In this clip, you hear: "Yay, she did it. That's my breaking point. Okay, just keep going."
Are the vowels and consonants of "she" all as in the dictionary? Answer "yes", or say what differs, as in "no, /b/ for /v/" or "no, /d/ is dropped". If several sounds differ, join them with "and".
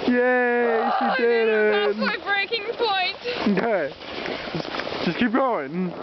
no, /s/ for /ʃ/